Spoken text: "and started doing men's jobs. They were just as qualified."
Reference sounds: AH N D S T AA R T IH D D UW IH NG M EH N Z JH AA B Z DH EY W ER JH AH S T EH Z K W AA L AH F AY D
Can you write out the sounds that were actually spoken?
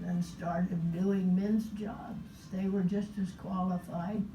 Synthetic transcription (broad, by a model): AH N S T AA R T IH D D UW IH NG M EH N Z JH AA B Z DH EY W ER JH AH S T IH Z K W AA L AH F AY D